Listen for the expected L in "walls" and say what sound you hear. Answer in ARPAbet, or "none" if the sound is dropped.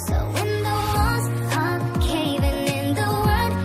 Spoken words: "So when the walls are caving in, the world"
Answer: none